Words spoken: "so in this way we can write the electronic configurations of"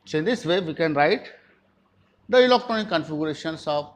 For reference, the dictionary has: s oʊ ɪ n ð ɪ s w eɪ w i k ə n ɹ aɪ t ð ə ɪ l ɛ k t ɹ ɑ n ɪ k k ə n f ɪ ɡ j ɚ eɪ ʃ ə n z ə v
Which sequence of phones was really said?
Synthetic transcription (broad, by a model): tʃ ɪ n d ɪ s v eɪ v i k ə n ɹ aɪ t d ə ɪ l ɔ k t ɑ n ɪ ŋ k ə n f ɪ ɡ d eɪ ʃ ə n s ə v